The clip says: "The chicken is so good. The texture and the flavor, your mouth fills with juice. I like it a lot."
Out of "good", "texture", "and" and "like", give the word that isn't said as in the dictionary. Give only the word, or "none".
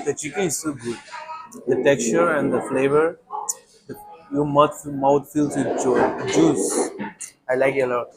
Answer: none